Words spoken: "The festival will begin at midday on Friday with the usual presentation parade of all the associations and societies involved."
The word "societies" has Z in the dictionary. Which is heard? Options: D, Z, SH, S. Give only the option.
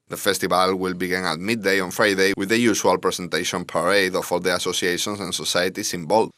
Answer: S